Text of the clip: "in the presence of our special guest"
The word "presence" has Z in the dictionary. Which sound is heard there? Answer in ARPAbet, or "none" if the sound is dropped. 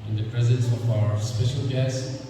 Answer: Z